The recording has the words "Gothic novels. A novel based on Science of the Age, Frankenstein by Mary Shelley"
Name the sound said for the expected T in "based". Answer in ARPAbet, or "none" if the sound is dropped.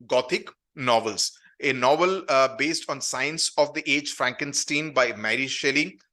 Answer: T